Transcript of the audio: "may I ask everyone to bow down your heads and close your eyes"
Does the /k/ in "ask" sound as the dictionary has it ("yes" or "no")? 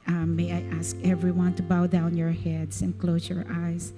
yes